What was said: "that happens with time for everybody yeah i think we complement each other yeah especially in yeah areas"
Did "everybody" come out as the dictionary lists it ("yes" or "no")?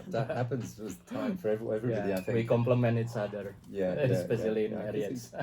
no